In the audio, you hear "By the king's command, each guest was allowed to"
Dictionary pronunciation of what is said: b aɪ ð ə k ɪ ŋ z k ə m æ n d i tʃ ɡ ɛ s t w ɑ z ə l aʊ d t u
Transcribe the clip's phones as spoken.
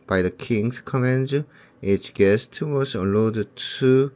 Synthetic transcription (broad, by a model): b aɪ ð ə k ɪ ŋ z k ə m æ n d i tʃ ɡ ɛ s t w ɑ s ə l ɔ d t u